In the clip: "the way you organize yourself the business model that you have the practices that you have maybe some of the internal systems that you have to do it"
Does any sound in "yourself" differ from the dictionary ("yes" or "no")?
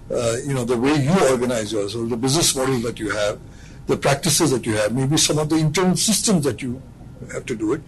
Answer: yes